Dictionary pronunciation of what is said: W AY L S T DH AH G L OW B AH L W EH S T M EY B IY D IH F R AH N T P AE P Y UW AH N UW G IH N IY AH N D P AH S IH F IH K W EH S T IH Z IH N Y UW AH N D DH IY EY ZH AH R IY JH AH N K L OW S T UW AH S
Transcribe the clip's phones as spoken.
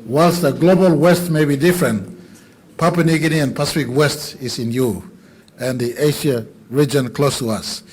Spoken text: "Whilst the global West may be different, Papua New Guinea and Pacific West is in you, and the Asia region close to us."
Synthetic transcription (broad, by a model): W AY L S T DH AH G L OW B AH L W EH S T M EY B IY D IH F R AH N T P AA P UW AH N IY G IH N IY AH N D P AH S IH F IH K W EH S T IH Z IH N Y UW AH N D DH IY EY SH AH R IY JH AH N K L OW S T UW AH S